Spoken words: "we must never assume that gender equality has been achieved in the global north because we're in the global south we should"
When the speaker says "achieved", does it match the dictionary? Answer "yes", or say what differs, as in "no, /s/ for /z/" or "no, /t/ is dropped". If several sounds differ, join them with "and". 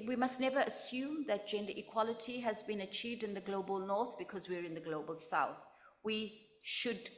yes